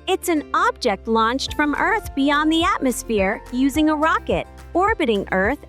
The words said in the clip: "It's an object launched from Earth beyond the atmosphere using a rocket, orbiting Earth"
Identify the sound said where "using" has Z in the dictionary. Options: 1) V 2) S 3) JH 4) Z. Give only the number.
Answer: 4